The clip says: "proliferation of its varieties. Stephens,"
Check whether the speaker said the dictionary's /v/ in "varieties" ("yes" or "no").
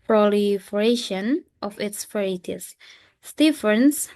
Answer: no